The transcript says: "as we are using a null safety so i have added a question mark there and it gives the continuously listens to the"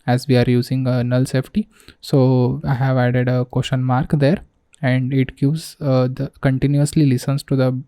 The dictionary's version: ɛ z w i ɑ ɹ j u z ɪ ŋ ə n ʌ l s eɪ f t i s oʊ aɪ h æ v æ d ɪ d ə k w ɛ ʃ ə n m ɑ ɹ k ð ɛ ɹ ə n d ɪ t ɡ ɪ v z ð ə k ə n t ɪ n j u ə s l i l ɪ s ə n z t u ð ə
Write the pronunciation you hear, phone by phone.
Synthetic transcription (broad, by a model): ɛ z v i ɑ ɹ j u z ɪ ŋ ə n ʌ l s eɪ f t i s oʊ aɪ h æ v æ d ɪ d ə k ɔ ʃ ə n m ɑ ɹ k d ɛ ɹ ə n d ɪ t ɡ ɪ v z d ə k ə n t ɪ n j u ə s l i l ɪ s ə n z t u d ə